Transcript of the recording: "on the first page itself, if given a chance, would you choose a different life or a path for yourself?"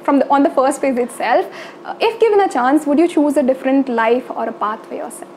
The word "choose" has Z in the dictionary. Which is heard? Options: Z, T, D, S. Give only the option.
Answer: Z